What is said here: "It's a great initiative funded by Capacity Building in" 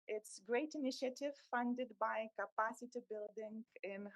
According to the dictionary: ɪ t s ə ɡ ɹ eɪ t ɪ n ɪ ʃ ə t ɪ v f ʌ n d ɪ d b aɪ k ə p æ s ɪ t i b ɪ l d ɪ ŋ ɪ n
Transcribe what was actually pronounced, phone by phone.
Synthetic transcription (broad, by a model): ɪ t s ɡ ɹ eɪ t ɪ n ɪ ʃ ə t ɪ v f ʌ n d ɪ d b aɪ k ə p æ s ɪ t i b ɪ l d ɪ ŋ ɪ n